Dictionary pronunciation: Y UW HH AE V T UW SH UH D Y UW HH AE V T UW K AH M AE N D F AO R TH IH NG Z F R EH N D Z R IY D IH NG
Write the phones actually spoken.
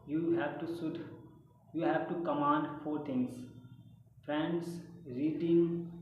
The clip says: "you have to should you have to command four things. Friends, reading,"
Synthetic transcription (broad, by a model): Y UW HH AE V T UW S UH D Y UW HH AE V T UW K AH M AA N D F AO R T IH NG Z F R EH N D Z R IY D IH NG